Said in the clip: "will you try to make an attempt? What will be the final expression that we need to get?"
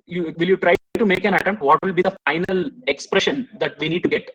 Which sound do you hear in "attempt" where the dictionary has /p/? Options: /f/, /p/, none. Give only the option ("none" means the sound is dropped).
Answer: none